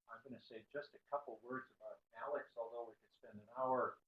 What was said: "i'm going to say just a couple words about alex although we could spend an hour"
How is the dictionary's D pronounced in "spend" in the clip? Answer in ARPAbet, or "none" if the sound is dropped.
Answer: D